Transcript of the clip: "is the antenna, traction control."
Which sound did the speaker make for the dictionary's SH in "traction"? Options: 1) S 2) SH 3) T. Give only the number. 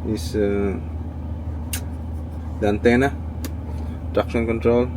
1